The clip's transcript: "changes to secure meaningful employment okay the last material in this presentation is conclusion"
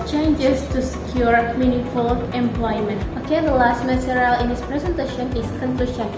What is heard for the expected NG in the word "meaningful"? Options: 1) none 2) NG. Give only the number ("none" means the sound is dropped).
1